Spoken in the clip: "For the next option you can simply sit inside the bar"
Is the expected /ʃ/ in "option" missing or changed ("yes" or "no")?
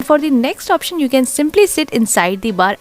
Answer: no